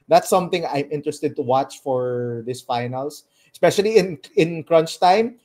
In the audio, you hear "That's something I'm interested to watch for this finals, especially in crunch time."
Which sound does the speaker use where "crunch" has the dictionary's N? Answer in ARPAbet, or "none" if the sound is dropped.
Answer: N